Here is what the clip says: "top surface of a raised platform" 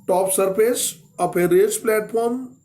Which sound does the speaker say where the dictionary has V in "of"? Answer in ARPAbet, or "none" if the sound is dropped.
P